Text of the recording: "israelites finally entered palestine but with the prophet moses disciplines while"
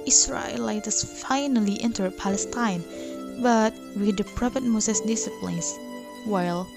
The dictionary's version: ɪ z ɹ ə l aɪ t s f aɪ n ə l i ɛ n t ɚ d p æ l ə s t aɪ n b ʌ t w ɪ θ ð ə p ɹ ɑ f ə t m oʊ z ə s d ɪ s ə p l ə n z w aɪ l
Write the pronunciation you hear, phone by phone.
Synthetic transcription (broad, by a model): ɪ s ɹ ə l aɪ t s f aɪ n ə l i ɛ n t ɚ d p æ l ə s t aɪ n b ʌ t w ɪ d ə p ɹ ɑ p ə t m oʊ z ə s d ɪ s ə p l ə n s w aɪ l